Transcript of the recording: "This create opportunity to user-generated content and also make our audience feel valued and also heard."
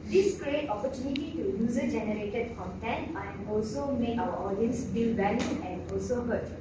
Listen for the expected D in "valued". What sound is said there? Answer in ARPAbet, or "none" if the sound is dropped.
none